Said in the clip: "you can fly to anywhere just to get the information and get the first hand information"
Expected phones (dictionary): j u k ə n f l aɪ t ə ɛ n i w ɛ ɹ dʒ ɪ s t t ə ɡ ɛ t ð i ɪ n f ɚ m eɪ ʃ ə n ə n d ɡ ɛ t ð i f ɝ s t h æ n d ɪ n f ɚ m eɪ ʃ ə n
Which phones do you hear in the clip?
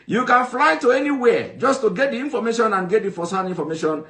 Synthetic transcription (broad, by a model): j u k ə n f l aɪ t ə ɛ n i w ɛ dʒ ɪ s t t ə ɡ ɛ t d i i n f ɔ m eɪ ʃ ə n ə n ɡ ɛ t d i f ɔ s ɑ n i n f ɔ m eɪ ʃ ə n